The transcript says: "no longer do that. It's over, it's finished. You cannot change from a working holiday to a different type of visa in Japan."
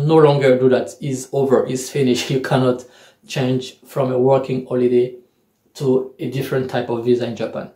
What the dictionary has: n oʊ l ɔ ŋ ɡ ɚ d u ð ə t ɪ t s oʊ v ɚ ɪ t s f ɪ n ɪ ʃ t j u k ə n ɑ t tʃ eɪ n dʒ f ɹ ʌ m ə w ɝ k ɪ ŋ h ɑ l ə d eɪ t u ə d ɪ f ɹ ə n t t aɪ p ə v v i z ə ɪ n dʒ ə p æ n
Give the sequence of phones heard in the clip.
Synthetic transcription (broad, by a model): n oʊ l ɔ ŋ ɡ ɚ d u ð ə t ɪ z oʊ v ɚ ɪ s f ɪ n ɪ ʃ j u k ə n ɑ t tʃ eɪ n dʒ f ɹ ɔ m ə w ɝ k ɪ ŋ h ɑ l ə d eɪ t u ə d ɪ f ɹ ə n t t aɪ p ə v v i z ə ɪ n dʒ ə p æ n